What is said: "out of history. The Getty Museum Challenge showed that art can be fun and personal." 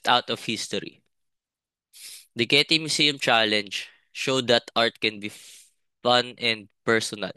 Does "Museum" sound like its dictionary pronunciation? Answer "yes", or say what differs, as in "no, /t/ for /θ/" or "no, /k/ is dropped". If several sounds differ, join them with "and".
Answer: no, /s/ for /z/